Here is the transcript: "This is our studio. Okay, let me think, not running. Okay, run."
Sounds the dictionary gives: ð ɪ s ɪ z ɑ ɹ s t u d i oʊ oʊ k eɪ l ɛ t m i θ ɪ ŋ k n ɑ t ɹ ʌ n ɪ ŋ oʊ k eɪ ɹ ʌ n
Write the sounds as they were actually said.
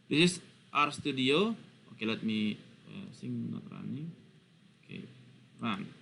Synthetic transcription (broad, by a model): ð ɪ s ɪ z ɑ ɹ s t u d i oʊ oʊ k eɪ l ɛ t m i s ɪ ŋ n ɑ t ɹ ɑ n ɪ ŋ oʊ k eɪ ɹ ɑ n